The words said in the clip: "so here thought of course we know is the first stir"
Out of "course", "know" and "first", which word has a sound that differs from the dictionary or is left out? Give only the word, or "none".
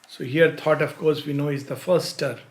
first